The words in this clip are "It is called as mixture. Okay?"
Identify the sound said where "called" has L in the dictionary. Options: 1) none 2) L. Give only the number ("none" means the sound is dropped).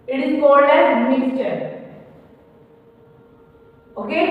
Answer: 1